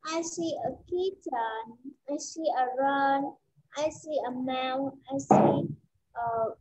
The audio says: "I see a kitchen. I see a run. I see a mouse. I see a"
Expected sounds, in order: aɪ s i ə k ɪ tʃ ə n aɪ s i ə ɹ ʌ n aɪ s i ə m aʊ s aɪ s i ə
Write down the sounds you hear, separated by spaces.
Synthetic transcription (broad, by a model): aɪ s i ə k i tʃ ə n aɪ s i ə ɹ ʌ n aɪ s i ə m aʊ aɪ s i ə